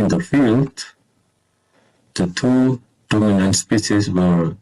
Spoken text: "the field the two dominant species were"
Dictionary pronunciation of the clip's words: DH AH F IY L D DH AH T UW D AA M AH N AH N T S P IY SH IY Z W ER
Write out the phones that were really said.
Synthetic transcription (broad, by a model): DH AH F IY L D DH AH T UW D AA M AH N AH N T S P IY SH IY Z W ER